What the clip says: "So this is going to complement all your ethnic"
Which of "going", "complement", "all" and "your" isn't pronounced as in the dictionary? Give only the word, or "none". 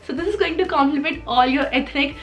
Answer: complement